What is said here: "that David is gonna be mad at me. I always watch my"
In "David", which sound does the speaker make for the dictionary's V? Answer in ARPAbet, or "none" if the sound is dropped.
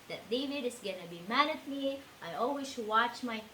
V